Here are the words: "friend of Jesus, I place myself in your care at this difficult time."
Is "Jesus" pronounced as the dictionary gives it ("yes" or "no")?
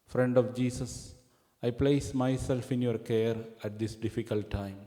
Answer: no